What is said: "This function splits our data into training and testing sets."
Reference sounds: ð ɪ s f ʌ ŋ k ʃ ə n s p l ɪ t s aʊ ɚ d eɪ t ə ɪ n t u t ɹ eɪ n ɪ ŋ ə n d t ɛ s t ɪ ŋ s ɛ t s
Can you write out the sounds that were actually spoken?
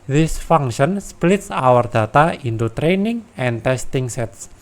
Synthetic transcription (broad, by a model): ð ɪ s f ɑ ŋ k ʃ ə n s p l ɪ t s aʊ ɚ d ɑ t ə ɪ n t u t ɹ eɪ n ɪ ŋ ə n t ɛ s t ɪ ŋ s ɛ t s